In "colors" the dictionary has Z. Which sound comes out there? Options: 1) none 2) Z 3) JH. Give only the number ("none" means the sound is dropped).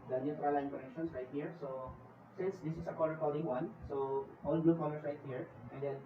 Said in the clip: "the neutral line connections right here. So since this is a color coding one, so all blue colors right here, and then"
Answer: 1